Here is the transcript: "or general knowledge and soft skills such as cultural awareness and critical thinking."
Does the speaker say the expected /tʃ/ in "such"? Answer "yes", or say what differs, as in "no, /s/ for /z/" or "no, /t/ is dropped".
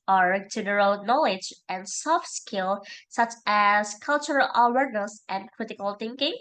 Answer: yes